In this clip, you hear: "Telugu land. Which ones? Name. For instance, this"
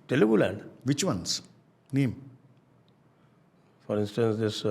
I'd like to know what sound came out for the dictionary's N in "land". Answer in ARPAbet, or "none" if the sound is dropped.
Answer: none